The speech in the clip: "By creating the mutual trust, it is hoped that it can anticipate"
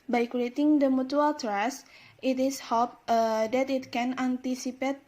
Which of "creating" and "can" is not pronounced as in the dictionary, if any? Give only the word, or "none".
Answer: creating